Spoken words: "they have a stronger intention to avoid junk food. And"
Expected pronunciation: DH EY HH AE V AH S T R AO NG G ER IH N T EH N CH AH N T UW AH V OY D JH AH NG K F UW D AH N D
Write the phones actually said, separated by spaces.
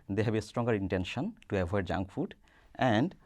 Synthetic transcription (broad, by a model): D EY HH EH B AH S T R AO NG G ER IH N T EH N SH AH N T UW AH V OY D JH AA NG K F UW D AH N D